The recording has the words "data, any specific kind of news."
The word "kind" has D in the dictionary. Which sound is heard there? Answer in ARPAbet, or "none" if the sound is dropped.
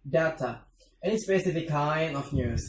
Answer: none